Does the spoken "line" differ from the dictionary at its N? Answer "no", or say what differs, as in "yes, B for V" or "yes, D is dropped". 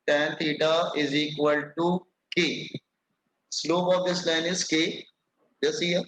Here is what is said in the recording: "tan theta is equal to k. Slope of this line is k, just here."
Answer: no